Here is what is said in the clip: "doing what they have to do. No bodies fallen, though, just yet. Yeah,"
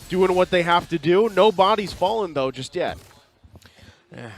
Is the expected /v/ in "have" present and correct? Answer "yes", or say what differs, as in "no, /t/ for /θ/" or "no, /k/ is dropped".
no, /f/ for /v/